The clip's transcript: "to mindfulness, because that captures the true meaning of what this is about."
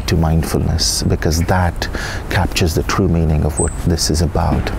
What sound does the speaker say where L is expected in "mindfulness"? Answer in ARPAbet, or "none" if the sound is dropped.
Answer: L